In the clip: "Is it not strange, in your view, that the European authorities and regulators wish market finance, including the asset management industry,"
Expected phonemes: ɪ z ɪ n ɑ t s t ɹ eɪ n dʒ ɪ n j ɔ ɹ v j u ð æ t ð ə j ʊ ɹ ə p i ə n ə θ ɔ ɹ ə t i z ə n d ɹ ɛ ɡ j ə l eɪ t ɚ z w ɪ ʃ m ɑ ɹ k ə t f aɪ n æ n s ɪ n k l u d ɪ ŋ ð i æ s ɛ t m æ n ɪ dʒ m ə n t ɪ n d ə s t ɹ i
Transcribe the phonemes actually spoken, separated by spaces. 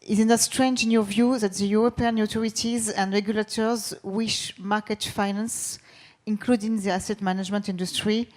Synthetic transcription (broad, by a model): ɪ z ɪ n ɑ s t ɹ eɪ n dʒ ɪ n j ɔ v j u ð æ t ð ə j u ɹ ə p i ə n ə t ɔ ɹ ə t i z ə n d ɹ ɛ ɡ j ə l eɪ t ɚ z w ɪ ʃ m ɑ k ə t f aɪ n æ n s ɪ n k l u d ɪ ŋ ð i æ s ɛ t m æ n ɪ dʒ m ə n t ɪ n d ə s t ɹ i